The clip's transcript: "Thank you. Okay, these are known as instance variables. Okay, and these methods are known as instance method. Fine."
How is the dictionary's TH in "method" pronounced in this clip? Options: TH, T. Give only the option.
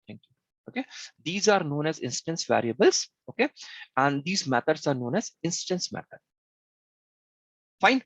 T